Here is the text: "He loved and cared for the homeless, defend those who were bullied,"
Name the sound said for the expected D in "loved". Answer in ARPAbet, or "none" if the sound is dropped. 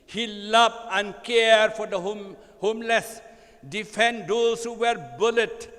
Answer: none